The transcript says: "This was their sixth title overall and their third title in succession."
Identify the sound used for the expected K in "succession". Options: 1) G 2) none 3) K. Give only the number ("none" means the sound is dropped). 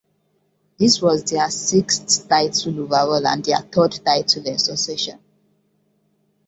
2